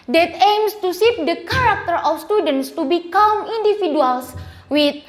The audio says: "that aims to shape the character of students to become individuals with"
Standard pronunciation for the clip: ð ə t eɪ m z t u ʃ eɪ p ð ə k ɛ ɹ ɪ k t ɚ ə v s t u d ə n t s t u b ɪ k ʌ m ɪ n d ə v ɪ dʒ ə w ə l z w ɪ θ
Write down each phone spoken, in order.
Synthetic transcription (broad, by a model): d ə t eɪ m s t u s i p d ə k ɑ ɹ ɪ k t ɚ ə f s t u d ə n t s t u b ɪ k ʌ m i n d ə f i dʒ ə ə l s w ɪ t